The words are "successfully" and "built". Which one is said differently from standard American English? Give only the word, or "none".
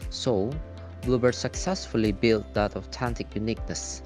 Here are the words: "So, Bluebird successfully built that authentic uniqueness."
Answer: none